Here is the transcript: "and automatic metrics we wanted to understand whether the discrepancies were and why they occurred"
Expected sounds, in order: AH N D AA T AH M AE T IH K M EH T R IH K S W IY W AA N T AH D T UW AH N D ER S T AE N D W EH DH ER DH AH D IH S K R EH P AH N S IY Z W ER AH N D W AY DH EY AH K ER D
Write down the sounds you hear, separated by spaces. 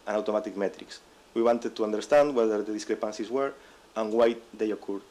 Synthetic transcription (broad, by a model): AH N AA T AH M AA T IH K M EH T R IH K S W IY W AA N T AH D T UW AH N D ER S T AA N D W EH DH ER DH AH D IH S K R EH P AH N S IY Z W ER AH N W AY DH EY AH K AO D